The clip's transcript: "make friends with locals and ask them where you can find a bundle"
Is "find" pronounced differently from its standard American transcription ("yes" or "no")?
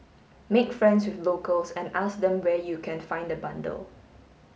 no